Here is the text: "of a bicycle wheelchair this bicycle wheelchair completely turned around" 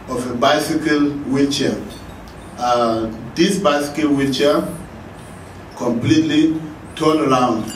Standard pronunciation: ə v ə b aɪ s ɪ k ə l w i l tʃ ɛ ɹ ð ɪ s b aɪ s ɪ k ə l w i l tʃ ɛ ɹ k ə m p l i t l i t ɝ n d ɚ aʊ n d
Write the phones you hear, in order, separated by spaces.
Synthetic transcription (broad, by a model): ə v ə b aɪ s ɪ k ə l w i tʃ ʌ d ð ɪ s b aɪ s ɪ k ə l w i tʃ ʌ k ə m p l i t l i t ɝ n ɚ aʊ n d